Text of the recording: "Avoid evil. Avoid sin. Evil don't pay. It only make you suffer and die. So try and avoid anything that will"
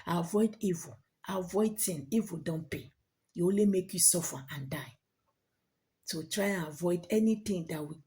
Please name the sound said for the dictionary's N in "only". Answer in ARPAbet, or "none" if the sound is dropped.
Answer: none